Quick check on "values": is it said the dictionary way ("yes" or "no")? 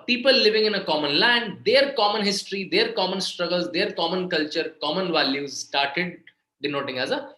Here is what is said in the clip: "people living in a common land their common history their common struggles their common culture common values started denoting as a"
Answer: yes